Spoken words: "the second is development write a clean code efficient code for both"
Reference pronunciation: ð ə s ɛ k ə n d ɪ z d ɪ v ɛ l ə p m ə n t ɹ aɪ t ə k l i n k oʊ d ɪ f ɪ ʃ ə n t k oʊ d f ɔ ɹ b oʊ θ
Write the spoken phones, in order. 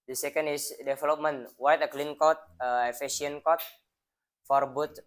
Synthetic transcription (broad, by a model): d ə s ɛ k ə n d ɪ s d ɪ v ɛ l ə p m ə n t w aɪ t ə k l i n k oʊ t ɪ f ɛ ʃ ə n k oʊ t f ɔ ɹ b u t